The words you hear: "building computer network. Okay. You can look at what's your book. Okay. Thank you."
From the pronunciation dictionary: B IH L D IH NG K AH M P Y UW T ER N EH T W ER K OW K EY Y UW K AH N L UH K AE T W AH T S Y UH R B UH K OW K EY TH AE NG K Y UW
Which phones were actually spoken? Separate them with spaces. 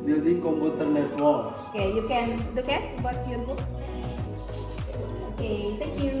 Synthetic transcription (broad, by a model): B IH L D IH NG K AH M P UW T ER N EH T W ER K OW K EY Y UW K AH N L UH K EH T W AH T Y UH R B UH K OW K EY T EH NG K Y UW